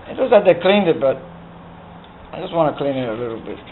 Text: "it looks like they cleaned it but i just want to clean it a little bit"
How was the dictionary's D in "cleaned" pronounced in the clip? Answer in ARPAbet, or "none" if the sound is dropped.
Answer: D